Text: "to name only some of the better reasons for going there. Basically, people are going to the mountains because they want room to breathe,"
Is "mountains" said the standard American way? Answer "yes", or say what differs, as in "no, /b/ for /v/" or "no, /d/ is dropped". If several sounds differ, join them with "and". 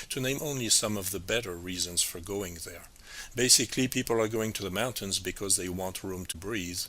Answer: yes